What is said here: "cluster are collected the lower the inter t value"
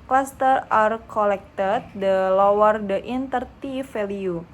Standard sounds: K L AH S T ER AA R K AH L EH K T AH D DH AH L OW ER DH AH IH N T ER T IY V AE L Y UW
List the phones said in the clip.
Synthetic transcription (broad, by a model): K L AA S T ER AA R K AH L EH K T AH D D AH L OW ER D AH IH N T ER T IY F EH L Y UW